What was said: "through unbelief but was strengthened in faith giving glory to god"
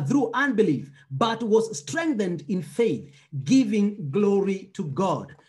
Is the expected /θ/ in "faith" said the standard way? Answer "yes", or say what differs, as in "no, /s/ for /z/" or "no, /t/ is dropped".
yes